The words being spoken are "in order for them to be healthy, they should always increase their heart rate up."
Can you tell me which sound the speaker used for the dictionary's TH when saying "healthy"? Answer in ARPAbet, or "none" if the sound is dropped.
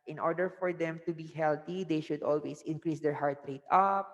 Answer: T